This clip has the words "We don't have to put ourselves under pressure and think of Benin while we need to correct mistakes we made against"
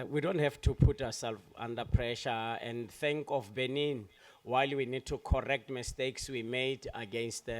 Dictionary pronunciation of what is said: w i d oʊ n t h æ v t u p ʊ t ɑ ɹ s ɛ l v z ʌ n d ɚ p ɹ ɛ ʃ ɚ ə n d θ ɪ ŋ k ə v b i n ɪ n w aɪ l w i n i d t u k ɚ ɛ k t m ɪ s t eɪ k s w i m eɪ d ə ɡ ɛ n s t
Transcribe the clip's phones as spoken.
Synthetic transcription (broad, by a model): w i d oʊ n t h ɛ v t u p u t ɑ w s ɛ l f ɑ n d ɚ p ɹ ɛ ʃ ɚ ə n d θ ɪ ŋ k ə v b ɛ n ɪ n w aɪ l w i n i d t u k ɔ ɛ k t m ɪ s t eɪ k s w i m eɪ d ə ɡ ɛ n s t